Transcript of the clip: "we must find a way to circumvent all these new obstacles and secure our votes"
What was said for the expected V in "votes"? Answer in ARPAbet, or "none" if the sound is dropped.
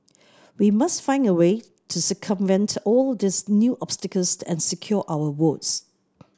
W